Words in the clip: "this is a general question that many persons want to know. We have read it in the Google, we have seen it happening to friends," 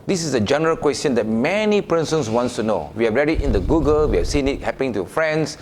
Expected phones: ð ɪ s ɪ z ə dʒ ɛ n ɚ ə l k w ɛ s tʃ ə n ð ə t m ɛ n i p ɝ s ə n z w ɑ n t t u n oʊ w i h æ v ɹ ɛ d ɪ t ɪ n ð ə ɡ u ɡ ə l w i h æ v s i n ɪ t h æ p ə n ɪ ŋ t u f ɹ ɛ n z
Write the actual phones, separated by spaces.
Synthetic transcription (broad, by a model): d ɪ s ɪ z ə dʒ ɛ n ɚ ə l k w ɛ s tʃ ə n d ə t m ɛ n i p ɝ s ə n s w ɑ n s t u n oʊ w i h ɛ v ɹ ɛ d ɪ t ɪ n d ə ɡ u ɡ ə l w i h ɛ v s i n ɪ t h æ p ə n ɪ ŋ t u f ɹ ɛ n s